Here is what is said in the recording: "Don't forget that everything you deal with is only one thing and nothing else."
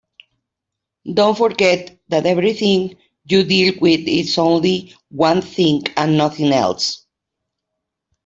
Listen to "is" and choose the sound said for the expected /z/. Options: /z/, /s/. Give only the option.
/s/